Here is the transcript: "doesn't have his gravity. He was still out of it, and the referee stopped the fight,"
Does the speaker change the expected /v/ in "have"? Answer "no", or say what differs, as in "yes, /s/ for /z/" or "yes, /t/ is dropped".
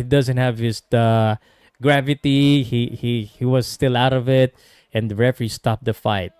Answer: no